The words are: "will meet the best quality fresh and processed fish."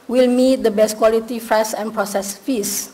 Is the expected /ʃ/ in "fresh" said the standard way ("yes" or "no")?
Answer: no